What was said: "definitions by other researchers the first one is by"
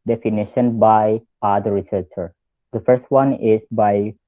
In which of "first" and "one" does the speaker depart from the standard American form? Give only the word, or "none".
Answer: none